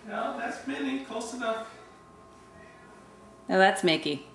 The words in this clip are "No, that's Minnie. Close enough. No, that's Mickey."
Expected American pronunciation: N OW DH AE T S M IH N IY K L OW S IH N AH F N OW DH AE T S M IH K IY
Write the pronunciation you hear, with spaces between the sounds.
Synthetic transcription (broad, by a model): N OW DH AE T S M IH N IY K OW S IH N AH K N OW DH AE T S M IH K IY